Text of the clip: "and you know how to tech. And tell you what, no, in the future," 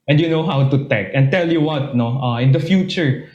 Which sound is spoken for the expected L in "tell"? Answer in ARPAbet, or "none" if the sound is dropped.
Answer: L